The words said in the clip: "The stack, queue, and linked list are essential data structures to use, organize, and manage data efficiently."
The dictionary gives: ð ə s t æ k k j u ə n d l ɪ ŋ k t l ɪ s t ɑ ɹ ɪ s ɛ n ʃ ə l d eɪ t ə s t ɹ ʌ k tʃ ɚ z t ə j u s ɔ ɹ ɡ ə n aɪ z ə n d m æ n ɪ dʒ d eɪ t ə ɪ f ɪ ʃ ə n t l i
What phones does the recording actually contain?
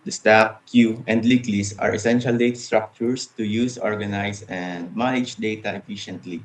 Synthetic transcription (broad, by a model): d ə s t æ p k j u ə n d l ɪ k l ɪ s ɑ ɹ ɪ s ɛ n ʃ ə l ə s t ɹ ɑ k tʃ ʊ s t ə j u s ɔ ɹ ɡ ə n aɪ s ə n d m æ n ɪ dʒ d eɪ t ə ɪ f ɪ ʃ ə n t l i